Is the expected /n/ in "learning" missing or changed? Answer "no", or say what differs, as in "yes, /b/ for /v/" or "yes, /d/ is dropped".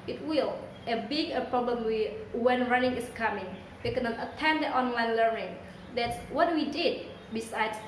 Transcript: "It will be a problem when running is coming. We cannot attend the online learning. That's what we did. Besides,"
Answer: no